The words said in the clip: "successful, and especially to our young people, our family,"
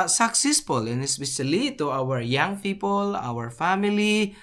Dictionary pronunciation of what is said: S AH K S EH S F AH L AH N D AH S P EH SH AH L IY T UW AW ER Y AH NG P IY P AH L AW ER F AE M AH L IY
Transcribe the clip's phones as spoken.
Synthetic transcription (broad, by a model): S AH K S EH S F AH L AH N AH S B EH S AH L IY T UW AW ER Y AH NG P IY P AH L AW ER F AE M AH L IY